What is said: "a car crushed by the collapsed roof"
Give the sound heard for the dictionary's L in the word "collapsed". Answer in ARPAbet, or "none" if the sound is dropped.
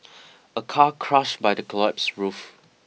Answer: none